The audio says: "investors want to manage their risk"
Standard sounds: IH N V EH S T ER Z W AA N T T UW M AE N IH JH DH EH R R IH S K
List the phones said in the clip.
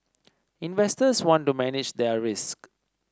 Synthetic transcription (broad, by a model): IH N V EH S T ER S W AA N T T UW M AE N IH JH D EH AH R IH S K